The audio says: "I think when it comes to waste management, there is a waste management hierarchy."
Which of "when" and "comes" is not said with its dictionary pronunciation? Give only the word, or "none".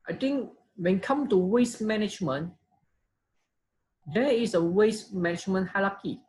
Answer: comes